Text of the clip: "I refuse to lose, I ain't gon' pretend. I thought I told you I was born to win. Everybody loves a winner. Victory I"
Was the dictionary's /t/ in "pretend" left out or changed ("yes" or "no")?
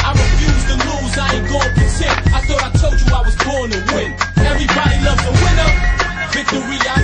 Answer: yes